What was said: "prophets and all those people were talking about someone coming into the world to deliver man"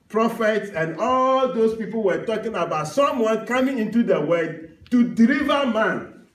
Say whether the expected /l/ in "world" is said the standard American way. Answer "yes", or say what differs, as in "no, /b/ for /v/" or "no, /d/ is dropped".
no, /l/ is dropped